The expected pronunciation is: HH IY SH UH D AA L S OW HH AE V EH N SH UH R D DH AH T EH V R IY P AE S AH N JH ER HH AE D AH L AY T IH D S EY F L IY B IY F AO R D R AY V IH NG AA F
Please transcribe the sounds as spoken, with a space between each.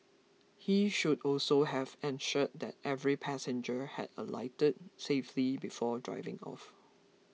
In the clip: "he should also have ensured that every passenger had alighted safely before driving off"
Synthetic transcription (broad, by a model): HH IY SH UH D AA L S OW HH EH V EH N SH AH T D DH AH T EH V R IY P AE S AH N JH ER HH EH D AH L AY T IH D S EY F L IY B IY F AO D R AY V IH NG AA F